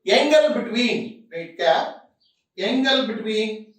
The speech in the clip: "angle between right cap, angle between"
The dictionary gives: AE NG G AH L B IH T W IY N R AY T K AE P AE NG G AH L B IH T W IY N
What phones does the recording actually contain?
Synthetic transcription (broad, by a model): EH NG G AH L B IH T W IY N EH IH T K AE EH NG G AH L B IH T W IY N